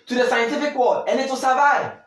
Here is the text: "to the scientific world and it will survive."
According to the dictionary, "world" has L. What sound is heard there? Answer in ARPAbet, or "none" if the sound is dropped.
none